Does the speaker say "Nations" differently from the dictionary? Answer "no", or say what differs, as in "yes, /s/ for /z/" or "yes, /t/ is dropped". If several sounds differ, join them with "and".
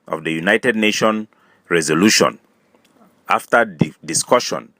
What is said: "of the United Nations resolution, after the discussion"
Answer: yes, /z/ is dropped